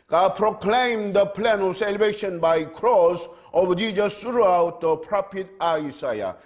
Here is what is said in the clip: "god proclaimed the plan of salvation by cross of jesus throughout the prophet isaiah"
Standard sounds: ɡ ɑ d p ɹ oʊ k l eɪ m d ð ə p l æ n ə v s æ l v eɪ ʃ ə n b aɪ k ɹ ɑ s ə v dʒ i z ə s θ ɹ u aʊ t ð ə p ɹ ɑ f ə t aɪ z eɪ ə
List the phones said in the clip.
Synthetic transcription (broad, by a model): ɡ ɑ p ɹ oʊ k l eɪ m d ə p l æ n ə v s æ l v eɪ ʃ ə n b aɪ k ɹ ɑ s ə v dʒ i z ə s t ɹ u aʊ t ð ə p ɹ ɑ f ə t aɪ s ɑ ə